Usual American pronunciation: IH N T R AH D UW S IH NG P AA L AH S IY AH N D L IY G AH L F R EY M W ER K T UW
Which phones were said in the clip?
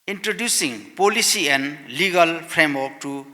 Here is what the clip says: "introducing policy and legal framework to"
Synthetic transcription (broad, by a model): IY N T R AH D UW S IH NG P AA L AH S IY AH N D L IY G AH L P R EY M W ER K T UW